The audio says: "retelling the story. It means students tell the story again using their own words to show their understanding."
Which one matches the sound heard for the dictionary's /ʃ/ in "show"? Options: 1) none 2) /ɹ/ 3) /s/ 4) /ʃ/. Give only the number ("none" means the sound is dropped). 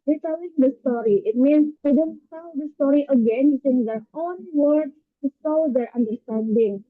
3